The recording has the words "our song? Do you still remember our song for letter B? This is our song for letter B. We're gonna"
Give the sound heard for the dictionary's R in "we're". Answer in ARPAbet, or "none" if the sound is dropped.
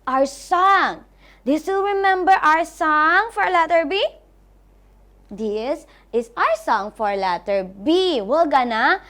L